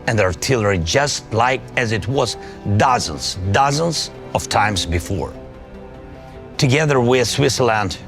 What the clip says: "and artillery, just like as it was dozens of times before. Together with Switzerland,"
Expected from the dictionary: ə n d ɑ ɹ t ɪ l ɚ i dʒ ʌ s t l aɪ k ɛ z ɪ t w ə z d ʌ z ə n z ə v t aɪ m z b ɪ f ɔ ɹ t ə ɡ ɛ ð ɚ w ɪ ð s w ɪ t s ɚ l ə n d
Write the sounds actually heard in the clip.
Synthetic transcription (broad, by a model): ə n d ɑ ɹ t ɪ l ɚ i dʒ ʌ s t l aɪ k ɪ z ɪ t w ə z d ʌ z ə n z ə v t aɪ m z b ɪ f ɔ ɹ t ə ɡ ɛ ð ɚ w ɪ ð s w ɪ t s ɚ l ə n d